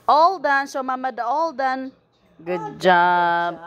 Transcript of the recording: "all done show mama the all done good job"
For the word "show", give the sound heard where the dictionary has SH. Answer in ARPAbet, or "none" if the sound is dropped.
S